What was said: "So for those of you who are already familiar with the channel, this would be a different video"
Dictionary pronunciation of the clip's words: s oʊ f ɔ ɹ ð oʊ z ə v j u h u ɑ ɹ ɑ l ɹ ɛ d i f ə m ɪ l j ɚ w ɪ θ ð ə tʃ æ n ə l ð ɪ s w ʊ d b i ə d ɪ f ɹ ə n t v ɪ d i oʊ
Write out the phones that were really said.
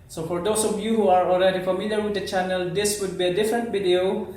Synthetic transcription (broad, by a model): s oʊ f ɔ ɹ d oʊ s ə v j u h u ɑ ɹ ɑ l ɹ ɛ d i f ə m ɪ l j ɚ w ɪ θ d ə tʃ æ n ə l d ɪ s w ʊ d b i ə d ɪ f ɹ ə n t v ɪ d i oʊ